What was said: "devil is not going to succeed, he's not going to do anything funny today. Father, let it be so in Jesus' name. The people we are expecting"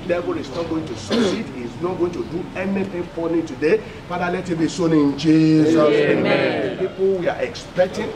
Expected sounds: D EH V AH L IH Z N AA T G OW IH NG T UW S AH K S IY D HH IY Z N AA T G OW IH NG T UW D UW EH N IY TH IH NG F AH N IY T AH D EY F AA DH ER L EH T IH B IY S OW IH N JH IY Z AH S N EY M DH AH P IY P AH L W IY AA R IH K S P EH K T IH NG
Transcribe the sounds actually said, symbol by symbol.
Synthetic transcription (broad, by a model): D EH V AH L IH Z N AA T G OW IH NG T UW S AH S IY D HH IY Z N AA T G OW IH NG T UW D UW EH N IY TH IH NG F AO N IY T AH D EY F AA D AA L EH T IH B IY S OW IH N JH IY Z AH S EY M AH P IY P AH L W IY AA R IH K S P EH K T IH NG